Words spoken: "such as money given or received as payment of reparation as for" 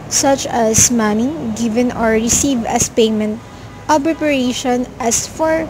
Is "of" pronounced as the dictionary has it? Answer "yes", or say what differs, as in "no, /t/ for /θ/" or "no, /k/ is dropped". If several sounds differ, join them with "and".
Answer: no, /b/ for /v/